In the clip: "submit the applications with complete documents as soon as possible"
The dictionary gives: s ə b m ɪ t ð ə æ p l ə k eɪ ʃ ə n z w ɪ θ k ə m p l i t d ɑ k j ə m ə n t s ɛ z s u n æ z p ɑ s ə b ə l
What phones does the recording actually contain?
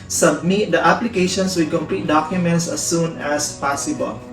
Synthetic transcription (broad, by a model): s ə b m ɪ t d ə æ p l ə k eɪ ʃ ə n s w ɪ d k ə m p l i t d ɑ k j ə m ə n t s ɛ s u n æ s p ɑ s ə b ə l